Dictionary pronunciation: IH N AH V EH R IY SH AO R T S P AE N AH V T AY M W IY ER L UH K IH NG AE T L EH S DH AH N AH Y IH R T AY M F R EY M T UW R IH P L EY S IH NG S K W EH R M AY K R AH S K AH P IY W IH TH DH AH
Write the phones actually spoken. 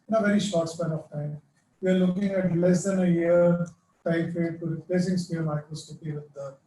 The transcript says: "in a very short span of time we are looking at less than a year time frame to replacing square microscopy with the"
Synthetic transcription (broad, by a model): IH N AH V EH R IY SH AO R T S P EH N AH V T AY M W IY ER L UH K IH NG AE T L EH S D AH N AH Y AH R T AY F EY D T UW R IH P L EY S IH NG S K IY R M AY K R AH S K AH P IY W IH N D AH